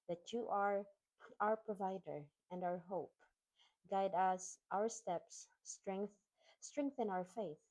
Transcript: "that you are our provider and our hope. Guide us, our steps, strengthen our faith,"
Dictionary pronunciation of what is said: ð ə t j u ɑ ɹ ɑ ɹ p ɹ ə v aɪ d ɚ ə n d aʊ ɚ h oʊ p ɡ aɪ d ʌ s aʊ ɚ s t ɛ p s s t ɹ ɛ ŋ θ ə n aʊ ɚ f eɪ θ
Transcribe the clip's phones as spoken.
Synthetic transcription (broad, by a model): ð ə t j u ɑ ɹ ɑ ɹ p ɹ ə v aɪ d ɚ ə n d aʊ ɚ h oʊ p ɡ aɪ d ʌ s aʊ ɚ s t ɛ p s θ t ɹ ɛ ŋ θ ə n aʊ ɚ f eɪ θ